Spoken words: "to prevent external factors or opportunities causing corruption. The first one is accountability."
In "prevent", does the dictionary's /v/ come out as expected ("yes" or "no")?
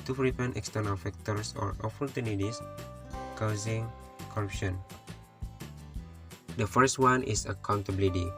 no